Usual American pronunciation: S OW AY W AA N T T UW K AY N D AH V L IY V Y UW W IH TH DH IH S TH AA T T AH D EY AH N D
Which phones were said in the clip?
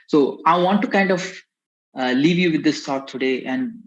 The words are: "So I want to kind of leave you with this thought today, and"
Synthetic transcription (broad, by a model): S OW AY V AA N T T UW K AY N D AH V L IY V Y UW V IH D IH S T AA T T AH D EY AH N D